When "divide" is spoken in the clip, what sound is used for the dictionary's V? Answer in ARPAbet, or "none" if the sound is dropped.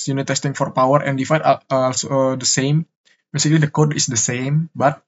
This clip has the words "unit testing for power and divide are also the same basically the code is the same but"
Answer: F